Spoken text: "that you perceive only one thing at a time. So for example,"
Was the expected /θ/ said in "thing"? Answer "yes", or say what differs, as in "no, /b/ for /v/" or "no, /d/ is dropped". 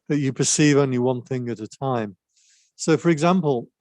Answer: yes